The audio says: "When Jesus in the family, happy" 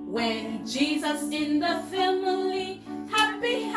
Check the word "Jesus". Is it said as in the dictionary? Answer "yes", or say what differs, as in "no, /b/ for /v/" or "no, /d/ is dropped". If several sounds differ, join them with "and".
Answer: yes